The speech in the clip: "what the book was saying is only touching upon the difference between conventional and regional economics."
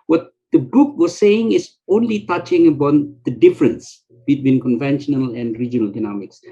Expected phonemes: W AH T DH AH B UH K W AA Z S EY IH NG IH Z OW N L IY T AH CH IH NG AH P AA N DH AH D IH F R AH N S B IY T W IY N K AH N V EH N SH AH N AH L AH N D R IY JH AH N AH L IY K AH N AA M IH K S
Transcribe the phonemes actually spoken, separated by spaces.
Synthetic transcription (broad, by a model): W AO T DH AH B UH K W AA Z S EY IH NG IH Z OW N L IY T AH CH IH NG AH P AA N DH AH D IH F R AH N S B IY T W IY N K AH N V EH N SH AH N AH L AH N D R IY JH AH N AH L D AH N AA M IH K S